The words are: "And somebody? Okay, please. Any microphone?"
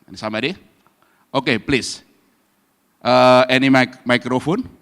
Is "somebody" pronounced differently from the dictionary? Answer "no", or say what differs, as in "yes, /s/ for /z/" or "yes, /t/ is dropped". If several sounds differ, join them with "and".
yes, /b/ is dropped